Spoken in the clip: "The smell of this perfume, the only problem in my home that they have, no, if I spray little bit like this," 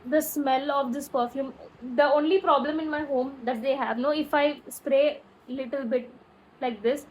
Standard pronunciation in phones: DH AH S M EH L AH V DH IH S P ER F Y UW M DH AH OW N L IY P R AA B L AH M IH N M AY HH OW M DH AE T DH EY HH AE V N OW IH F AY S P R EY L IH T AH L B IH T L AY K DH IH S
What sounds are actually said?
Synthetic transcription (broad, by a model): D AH S M EH L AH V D IH S P ER F Y UW M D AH OW N L IY P R AA B L AH M IH N M AY HH OW M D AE T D EY HH AE V N OW IH F AY S P R EY L IH T AH L B IH T L AY K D IH S